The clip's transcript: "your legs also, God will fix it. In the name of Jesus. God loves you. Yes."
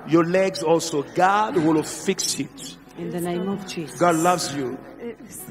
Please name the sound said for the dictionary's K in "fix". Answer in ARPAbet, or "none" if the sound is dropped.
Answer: K